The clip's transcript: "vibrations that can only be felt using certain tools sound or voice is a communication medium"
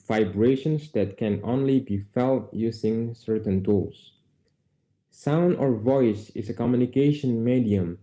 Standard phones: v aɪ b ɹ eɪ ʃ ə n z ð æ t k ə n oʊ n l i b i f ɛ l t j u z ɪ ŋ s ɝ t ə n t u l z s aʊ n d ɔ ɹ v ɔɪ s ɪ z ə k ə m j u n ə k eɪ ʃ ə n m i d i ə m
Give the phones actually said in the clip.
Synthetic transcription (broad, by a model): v aɪ b ɹ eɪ ʃ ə n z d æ t k ə n oʊ n l i b i f ɛ l t j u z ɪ ŋ s ɝ t ə n t u l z s aʊ n d ɔ ɹ v ɔɪ s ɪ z ə k ə m j u n ə k eɪ ʃ ə n m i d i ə m